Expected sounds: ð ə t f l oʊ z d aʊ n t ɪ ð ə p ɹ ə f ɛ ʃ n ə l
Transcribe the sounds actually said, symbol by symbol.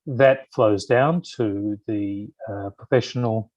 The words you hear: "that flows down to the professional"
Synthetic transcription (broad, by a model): ð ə t f l oʊ z d aʊ n t ɪ ð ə p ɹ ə f ɛ ʃ n l